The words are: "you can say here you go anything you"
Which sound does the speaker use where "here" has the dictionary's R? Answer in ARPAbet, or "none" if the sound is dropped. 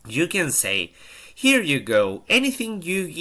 R